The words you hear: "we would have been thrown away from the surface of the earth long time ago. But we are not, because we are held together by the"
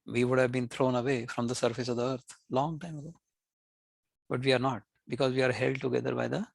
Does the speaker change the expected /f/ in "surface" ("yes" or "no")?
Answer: no